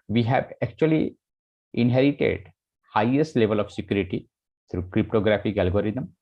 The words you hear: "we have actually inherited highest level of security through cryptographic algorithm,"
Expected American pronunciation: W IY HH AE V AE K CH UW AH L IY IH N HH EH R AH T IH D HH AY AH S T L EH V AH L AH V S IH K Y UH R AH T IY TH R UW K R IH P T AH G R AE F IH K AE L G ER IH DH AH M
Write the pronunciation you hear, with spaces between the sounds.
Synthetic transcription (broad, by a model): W IY HH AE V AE K CH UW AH L IY IH N HH EH R AH T IH D HH AY AH S T L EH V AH L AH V S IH K Y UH R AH T IY T R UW K R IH P T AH G R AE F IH K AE L G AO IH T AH M